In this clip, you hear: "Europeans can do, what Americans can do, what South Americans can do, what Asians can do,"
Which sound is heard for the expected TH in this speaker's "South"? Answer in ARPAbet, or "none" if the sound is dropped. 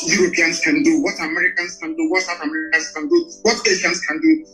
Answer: T